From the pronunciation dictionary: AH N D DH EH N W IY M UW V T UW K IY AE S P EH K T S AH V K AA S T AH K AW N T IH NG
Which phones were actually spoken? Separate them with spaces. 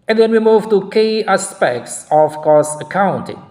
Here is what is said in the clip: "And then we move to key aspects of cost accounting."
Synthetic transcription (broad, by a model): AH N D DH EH N W IY M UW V T UW K IY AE S P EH K T S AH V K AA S AH K AW N T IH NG